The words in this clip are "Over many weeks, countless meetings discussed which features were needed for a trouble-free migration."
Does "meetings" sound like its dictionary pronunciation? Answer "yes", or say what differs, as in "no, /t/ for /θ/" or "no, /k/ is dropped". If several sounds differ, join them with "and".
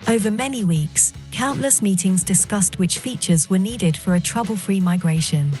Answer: yes